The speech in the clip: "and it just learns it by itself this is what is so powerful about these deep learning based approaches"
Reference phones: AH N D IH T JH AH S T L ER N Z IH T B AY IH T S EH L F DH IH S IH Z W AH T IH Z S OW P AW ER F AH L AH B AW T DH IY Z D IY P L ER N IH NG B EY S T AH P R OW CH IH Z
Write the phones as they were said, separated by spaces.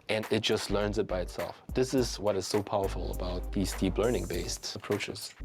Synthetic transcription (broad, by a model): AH N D IH T JH AH S T L ER N Z IH T B AY IH T S EH L F DH IH S IH Z W AH T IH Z S OW P AW ER F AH L AH B AW T DH IY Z D IY P L ER N IH NG B EY S T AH P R OW CH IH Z